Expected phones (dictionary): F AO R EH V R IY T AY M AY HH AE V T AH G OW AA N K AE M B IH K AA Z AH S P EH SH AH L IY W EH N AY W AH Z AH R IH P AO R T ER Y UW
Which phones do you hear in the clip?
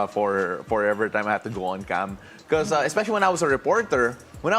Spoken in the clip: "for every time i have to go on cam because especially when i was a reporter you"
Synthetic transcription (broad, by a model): F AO R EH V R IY T AY M AY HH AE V T AH G OW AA N K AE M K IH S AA AH S P EH SH AH L IY W EH N AY W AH S AH R IH P AO R T ER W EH